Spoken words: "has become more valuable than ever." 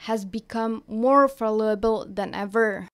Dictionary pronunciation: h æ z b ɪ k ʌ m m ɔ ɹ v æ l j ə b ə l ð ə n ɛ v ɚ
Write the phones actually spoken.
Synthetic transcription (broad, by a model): h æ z b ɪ k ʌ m m ɔ ɹ f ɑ l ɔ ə b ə l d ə n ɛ v ɚ